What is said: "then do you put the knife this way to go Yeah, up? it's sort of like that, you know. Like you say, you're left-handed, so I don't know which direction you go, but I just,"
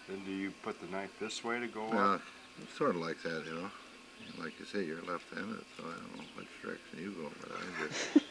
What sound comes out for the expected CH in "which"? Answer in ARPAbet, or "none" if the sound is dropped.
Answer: S